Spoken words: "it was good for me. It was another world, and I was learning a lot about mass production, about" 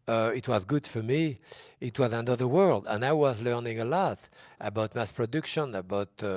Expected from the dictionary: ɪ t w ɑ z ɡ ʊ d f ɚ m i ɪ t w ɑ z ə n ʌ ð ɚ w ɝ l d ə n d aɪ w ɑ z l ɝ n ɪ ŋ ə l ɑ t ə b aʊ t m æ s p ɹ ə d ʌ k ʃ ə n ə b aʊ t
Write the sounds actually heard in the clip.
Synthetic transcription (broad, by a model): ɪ t w ɑ z ɡ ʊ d f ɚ m i ɪ t w ɑ z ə n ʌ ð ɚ w ɝ l d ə n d aɪ w ɑ z l ɝ n ɪ ŋ ə l ɑ t ə b aʊ t m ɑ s p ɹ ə d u k ʃ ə n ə b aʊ t